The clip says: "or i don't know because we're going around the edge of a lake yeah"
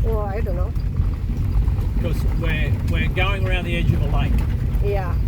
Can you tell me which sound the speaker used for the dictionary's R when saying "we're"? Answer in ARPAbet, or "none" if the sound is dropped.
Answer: W